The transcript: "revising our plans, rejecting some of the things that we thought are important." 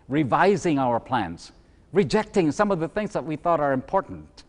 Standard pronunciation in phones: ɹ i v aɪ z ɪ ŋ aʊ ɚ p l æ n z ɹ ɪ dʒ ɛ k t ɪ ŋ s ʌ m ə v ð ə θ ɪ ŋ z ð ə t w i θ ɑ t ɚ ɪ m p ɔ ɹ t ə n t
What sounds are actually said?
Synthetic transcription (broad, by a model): ɹ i v aɪ z ɪ ŋ aʊ ɚ p l æ n z ɹ ɪ dʒ ɛ k t ɪ ŋ s ʌ m ə v ð ə θ ɪ ŋ z ð ə t w i θ ɑ t ɚ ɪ m p ɔ ɹ t n t